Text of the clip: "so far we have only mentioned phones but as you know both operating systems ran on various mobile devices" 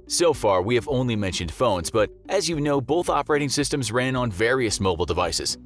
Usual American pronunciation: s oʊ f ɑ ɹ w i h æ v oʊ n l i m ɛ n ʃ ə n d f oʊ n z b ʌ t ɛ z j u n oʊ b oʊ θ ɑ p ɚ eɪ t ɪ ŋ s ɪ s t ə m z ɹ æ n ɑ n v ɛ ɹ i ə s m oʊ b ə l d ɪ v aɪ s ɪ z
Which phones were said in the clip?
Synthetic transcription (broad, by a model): s oʊ f ɑ ɹ w i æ v oʊ n l i m ɛ n ʃ ə n d f oʊ n z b ʌ t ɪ z j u n oʊ b oʊ θ ɑ p ɚ eɪ t ɪ ŋ s ɪ s t ə m z ɹ æ n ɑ n v ɛ ɹ i ə s m oʊ b l d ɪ v aɪ s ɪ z